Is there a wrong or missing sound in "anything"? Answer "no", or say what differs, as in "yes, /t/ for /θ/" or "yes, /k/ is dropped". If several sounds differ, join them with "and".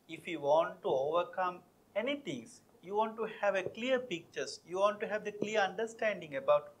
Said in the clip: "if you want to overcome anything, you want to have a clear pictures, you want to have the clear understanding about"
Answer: yes, /t/ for /θ/